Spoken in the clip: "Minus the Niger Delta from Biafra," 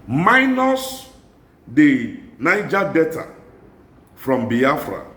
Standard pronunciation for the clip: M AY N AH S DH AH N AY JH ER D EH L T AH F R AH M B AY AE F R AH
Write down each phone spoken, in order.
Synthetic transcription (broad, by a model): M AY N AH S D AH N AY JH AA D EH T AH F R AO M B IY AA F R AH